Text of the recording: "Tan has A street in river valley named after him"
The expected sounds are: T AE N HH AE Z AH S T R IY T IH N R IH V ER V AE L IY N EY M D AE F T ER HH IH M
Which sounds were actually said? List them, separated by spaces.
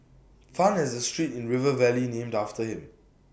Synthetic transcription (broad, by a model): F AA N HH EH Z AH S T R IY T IH N R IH V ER V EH L IY N EY M D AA F T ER HH IH M